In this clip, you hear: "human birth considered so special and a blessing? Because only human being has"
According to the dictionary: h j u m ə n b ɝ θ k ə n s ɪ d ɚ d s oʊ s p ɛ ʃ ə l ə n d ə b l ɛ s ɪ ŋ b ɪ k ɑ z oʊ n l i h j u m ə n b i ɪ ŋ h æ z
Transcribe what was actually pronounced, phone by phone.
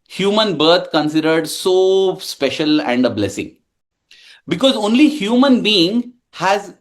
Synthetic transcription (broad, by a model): h j u m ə n b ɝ t k ə n s ɪ d ɚ d s oʊ s p ɛ ʃ ə l ə n d ə b l ɛ s ɪ ŋ b ɪ k ɑ z oʊ n l i h j u m ə n b i ɪ ŋ h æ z